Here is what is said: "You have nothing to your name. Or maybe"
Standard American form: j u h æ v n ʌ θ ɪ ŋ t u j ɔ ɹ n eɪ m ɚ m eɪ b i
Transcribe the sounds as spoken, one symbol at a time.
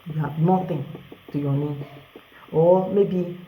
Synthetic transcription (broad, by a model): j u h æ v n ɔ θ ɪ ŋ t u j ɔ n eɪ ɔ m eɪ b i